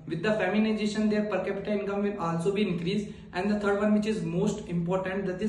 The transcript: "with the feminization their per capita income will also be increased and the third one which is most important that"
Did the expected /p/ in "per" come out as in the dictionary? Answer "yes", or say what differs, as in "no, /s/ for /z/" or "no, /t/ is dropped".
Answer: yes